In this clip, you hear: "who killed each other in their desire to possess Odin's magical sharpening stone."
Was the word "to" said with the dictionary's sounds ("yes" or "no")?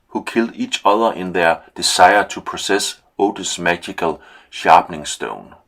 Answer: no